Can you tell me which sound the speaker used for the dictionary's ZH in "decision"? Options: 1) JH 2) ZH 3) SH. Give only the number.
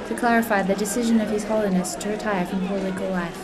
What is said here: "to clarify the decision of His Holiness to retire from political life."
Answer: 2